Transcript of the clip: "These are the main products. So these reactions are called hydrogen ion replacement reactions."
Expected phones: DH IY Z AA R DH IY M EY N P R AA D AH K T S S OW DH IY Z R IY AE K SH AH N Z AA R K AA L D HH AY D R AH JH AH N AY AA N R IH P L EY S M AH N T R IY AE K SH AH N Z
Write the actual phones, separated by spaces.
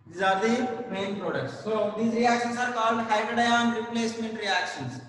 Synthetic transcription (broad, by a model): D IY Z AA R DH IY M EY N P R AA D AH K T S S OW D IY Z R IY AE K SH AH N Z AA R K AA L D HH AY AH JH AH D AY AA N R IH P L EY S M AH N T R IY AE K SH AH N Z